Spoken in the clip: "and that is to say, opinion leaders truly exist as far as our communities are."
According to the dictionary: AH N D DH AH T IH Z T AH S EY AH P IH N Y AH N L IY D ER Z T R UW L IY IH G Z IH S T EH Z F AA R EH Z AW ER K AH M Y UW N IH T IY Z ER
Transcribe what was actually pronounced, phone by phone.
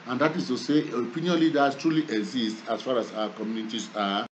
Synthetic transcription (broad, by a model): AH N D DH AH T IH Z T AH S EY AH P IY N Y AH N L IY D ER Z T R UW L IY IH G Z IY S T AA S F AA R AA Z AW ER K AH M Y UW N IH T IY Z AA